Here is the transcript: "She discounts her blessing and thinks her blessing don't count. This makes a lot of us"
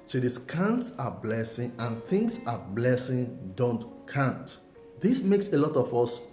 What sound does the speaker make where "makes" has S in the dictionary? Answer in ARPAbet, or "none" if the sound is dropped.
S